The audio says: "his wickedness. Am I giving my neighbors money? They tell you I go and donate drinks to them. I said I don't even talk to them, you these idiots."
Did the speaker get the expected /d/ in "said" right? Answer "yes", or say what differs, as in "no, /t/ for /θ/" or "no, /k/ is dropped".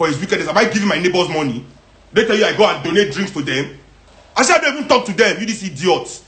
no, /d/ is dropped